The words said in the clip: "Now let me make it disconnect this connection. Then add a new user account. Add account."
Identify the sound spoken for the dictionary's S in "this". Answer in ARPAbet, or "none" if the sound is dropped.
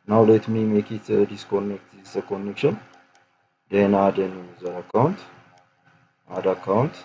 none